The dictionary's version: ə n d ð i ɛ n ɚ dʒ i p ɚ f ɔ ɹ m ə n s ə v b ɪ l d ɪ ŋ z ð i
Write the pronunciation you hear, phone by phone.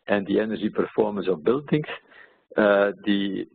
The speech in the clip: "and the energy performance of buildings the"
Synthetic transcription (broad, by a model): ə n d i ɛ n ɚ ʒ i p ɚ f ɔ ɹ m ə n s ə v b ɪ l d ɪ ŋ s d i